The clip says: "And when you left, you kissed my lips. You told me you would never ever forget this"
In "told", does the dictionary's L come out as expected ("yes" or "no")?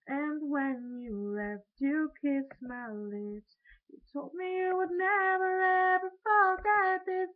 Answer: yes